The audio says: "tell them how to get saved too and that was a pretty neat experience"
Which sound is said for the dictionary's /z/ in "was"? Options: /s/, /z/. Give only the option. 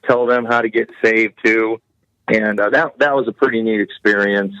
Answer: /z/